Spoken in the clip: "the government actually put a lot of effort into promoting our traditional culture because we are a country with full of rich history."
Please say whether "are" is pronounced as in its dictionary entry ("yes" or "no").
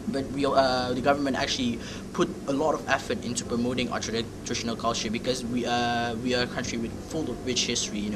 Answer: no